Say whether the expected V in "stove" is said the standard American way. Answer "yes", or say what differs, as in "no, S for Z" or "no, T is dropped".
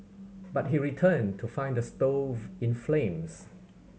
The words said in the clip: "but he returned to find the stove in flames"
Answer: yes